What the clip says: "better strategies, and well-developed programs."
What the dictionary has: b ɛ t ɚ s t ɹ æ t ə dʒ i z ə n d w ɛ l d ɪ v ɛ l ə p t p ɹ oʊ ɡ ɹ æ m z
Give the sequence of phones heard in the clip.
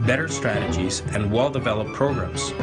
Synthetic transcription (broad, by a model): b ɛ t ɚ s t ɹ æ t ə dʒ i z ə n w ɛ l d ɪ v ɛ l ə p p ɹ oʊ ɡ ɹ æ m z